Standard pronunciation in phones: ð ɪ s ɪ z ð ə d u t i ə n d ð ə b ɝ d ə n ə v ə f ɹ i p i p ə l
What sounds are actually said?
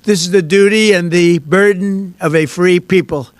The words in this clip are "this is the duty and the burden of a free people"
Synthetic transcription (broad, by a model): ð ɪ s ɪ z ð ə d u t i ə n ð ə b ɝ d n ə v ə f ɹ i p i p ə l